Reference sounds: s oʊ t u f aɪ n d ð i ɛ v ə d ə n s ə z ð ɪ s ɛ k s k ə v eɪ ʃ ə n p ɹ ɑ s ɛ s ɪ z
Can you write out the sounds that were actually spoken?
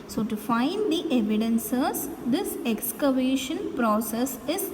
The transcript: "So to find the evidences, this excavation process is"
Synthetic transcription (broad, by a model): s oʊ t u f aɪ n d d i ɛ v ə d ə n s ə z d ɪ s ɛ k s k ə v eɪ ʃ ə n p ɹ ɑ s ɛ s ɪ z